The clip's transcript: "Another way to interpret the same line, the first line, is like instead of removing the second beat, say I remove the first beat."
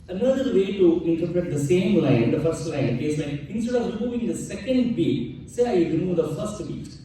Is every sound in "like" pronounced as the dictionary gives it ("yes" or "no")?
no